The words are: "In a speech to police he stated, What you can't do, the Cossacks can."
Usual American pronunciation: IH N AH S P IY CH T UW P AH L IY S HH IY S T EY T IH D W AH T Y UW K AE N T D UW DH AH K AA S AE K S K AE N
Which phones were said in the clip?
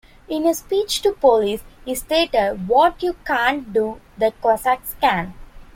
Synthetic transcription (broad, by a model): IH N AH S P IY CH T UW P AH L IY S HH IY S T EY T IH D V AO T Y UW K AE N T D UW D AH K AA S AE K S K AE N